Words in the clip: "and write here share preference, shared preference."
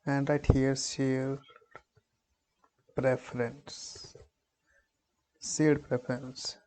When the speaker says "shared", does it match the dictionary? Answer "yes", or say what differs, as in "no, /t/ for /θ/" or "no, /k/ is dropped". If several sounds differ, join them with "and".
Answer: no, /s/ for /ʃ/